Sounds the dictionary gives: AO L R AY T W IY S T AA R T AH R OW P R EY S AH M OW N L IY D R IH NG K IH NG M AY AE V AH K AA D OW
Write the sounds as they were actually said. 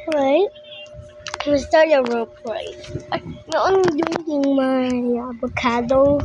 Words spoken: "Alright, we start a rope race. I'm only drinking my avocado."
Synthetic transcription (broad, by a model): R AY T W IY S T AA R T AH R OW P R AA AH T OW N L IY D IH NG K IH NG M AY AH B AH K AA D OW